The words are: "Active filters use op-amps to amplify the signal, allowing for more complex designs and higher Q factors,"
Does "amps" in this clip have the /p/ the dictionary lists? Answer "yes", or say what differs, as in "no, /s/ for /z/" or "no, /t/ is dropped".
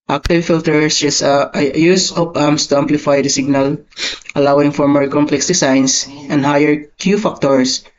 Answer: no, /p/ is dropped